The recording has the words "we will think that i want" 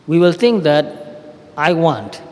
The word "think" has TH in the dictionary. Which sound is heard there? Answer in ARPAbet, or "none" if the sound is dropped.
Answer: T